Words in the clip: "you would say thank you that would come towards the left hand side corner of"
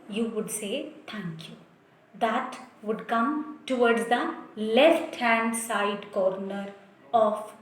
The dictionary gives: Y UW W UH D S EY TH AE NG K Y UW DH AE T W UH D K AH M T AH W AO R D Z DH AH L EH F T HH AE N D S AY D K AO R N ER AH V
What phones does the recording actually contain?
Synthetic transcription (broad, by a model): Y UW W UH D S EY T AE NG K Y UW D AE T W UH D K AH M T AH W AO R D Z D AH L EH F T HH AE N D S AY D K AO R N ER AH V